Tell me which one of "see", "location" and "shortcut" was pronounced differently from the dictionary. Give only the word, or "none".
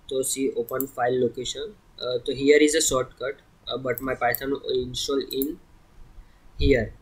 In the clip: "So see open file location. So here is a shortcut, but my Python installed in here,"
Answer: shortcut